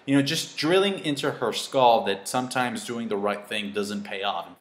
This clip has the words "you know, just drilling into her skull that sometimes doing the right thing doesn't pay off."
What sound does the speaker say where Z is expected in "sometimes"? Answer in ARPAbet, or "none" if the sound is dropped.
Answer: Z